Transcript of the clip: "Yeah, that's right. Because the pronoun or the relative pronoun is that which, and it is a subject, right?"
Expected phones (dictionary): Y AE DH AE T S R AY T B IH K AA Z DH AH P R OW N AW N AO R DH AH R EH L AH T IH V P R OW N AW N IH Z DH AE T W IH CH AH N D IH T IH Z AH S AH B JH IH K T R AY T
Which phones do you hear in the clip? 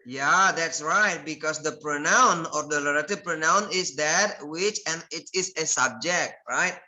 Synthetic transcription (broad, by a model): Y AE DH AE T S R AY T B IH K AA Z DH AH P R OW N AW N AO R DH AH L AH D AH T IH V P R OW N AW N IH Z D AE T W IH CH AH N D IH T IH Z AH S AH B JH IH K T R AY T